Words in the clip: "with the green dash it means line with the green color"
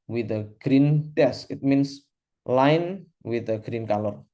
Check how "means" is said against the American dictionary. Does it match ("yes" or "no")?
no